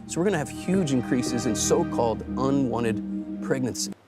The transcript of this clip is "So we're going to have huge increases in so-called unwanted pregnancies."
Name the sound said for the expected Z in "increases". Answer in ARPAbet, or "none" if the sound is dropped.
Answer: Z